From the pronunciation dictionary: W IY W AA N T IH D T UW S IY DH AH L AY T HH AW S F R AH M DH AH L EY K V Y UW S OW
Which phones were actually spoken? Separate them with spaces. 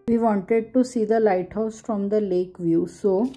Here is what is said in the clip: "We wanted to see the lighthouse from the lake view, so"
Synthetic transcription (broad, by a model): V IY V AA N T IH D T UW S IY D AH L AY T HH AW S F R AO M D AH L EY K V Y UW S OW